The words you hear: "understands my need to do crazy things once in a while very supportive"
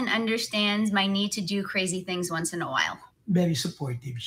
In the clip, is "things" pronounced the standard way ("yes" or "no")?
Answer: yes